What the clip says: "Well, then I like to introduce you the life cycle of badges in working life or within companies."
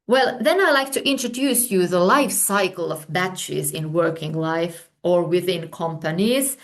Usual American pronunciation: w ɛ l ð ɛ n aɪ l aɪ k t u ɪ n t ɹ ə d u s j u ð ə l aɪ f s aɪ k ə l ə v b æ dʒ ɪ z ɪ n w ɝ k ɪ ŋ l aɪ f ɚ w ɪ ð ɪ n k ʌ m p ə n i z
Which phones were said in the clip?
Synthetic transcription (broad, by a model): w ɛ l ð ɛ n aɪ l aɪ k t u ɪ n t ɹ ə d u s j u ð ə l aɪ f s aɪ k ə l ə v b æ tʃ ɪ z ɪ n w ɝ k ɪ ŋ l aɪ f ɚ w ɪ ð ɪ n k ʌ m p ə n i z